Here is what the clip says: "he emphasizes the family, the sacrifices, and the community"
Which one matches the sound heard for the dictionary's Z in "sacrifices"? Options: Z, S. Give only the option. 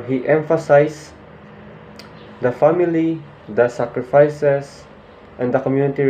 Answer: S